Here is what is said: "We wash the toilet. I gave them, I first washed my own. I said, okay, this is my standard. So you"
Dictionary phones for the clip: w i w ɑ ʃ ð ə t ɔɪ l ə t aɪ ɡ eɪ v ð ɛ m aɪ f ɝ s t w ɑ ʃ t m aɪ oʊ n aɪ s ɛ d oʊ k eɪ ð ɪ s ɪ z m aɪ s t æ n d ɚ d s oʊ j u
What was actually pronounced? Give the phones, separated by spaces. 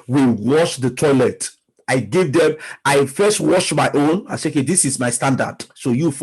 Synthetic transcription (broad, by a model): w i w ɑ ʃ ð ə t ɔɪ l ə t aɪ ɡ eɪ v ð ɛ m aɪ f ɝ s t w ɑ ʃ m aɪ oʊ n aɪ s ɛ oʊ k eɪ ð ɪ s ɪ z m aɪ s t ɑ n d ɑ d s oʊ j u